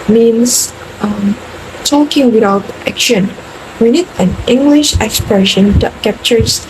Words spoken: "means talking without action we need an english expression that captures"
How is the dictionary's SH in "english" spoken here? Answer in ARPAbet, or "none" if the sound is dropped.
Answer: SH